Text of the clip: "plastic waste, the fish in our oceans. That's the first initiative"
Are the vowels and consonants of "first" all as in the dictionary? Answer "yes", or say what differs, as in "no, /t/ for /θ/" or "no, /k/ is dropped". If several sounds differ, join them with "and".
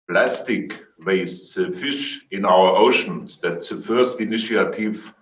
yes